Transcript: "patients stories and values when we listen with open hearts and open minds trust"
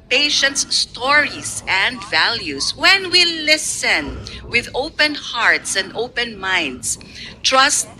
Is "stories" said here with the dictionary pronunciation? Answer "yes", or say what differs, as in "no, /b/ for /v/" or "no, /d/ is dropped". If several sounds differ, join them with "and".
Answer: no, /s/ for /z/